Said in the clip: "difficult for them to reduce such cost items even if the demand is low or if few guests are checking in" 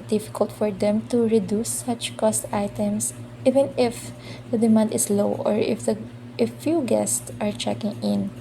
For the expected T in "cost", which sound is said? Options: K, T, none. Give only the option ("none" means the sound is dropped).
T